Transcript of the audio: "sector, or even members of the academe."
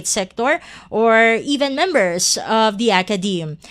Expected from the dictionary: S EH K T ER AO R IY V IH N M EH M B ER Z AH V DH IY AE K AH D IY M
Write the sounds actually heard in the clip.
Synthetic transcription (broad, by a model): S EH K T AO AO R IY V IH N M EH M B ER S AH V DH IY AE K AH D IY M